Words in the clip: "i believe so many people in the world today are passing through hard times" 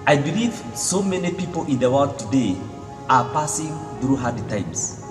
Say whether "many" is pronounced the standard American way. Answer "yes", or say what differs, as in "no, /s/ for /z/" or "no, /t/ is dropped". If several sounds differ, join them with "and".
yes